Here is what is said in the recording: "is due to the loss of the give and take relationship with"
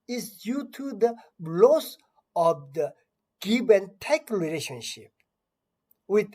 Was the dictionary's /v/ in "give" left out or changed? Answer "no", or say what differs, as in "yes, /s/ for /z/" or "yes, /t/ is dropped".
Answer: yes, /b/ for /v/